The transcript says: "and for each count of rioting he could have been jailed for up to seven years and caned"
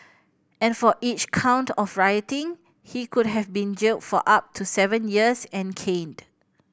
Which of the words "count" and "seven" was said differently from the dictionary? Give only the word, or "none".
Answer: none